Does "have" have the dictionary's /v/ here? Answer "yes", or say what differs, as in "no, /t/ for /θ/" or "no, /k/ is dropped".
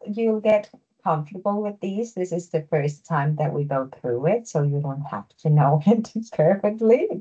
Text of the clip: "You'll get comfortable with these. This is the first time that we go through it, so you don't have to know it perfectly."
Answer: no, /f/ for /v/